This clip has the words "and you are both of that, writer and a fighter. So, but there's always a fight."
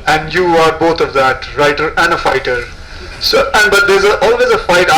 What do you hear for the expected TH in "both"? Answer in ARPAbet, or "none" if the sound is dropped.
T